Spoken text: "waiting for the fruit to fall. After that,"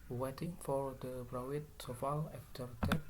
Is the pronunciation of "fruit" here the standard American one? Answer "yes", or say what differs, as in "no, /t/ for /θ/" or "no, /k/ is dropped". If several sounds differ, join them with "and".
no, /p/ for /f/